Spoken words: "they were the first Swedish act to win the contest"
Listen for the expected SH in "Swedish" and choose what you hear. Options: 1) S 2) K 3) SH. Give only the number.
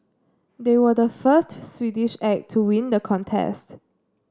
3